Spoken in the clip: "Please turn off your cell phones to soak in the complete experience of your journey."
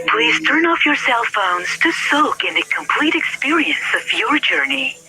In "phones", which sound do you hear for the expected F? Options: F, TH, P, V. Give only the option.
F